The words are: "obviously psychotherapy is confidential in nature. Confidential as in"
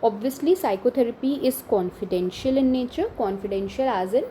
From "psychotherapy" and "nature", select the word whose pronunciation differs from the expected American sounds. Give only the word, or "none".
psychotherapy